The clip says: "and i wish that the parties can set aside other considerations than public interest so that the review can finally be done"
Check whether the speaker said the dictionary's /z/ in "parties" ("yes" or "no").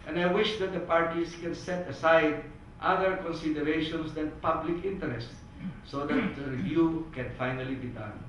no